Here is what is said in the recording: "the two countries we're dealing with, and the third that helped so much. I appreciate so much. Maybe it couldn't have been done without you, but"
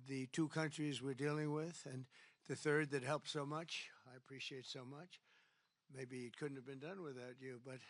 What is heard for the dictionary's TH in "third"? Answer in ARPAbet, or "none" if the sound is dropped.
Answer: TH